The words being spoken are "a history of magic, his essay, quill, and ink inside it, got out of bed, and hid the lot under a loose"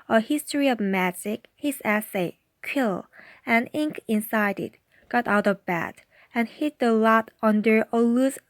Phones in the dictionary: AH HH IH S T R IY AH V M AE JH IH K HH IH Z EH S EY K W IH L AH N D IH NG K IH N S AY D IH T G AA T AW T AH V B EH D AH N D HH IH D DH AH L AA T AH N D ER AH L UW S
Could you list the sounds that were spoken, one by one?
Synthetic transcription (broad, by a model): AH HH IH S T R IY AH V M AE JH IH K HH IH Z EH S EY K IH L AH N IH NG K IH N S AY D IH T G AA T AW T AH V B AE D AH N HH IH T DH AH L AA T AH N D ER AH L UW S